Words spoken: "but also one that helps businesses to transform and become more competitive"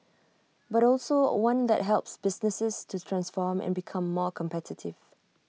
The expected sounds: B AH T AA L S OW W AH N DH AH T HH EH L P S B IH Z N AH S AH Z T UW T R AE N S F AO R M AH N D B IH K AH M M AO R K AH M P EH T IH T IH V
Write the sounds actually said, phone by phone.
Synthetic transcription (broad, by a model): B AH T AA L S OW W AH N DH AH T HH EH L P S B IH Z N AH S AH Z T UW T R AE N S F AO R M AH N B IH K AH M M AO K AH M P EH T IH T IH V